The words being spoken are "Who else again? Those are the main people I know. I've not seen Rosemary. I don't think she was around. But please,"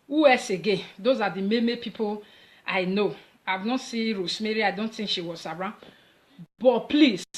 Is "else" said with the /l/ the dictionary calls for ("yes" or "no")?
no